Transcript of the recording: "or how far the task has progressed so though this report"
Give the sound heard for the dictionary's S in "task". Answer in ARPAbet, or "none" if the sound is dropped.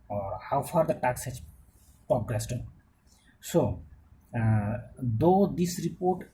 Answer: none